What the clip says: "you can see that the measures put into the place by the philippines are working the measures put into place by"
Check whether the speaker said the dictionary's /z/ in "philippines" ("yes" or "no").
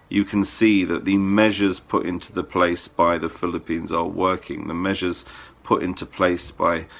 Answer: yes